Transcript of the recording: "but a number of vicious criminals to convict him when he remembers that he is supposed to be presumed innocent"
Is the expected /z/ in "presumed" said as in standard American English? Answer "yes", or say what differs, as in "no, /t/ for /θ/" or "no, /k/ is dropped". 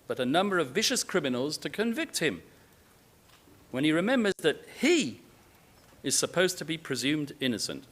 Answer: yes